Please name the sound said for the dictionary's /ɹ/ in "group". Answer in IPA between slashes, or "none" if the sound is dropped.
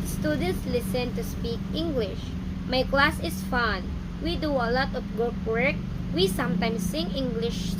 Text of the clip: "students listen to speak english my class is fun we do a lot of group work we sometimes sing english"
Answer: none